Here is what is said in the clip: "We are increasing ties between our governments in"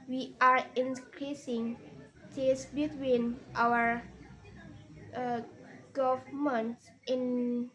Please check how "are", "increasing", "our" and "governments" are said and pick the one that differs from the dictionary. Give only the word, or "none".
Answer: governments